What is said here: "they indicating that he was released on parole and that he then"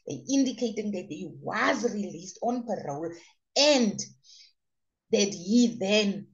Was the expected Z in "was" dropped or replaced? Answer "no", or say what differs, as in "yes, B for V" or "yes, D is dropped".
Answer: no